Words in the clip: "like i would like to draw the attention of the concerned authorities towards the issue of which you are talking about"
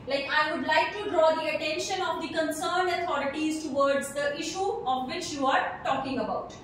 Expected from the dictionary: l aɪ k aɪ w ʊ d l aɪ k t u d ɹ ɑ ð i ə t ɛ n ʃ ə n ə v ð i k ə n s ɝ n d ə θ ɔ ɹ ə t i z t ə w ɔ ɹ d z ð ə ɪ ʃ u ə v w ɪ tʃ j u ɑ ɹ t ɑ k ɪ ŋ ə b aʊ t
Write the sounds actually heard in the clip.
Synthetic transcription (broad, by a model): l aɪ k aɪ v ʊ d l aɪ k t u d ɹ ɑ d i ə t ɛ n ʃ ə n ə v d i k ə n s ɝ n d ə t ɔ ɹ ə t i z t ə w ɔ ɹ d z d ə ɪ ʃ u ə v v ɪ tʃ j u ɑ ɹ t ɑ k ɪ ŋ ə b aʊ t